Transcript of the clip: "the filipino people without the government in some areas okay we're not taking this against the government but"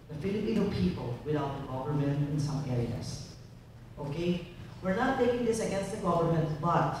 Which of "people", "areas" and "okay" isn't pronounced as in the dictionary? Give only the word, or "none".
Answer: areas